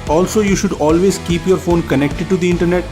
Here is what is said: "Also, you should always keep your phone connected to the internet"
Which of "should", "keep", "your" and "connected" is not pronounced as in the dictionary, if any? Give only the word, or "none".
none